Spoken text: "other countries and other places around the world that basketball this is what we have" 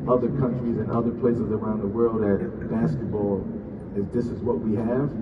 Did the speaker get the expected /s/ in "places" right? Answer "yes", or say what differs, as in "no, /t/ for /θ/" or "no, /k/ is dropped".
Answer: yes